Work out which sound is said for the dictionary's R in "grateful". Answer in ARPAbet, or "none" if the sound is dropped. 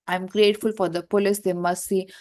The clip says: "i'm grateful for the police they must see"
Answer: R